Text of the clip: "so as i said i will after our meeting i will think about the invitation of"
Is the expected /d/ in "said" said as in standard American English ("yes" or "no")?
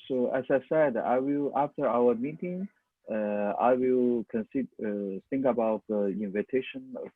yes